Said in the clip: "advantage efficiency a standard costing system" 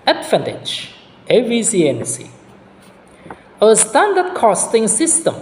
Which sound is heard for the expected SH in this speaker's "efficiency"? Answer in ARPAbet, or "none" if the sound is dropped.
S